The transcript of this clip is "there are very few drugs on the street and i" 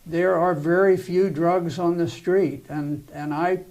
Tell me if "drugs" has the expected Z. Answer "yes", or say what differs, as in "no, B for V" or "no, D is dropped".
yes